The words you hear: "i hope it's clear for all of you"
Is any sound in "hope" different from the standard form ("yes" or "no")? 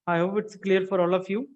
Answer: yes